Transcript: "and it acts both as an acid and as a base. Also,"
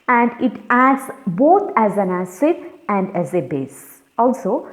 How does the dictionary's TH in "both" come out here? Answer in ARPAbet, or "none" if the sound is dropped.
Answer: T